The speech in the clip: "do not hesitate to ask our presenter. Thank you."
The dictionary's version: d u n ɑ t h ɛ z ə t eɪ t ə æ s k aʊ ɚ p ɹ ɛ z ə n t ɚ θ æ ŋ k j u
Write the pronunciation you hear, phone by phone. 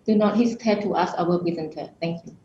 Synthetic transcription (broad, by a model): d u n ɑ t h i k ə t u t ə s aʊ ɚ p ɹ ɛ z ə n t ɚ t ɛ ŋ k j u